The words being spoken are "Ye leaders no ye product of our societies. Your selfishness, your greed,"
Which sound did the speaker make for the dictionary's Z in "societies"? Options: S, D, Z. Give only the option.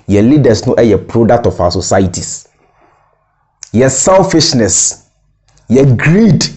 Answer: S